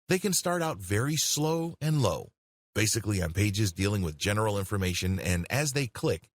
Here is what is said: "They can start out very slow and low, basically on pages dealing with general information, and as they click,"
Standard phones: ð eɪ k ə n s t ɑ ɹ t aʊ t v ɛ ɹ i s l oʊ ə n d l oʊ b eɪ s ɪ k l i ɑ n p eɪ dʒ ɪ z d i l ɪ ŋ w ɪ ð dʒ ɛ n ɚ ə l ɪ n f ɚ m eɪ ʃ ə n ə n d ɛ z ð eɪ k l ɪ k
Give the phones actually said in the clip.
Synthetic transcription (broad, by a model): ð eɪ k ə n s t ɑ ɹ t aʊ t v ɛ ɹ i s l oʊ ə n l oʊ b eɪ s ɪ k l i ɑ n p eɪ dʒ ɪ z d i l ɪ ŋ w ɪ ð dʒ ɛ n ɚ l ɪ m f ɚ m eɪ ʃ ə n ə n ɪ z ð eɪ k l ɪ k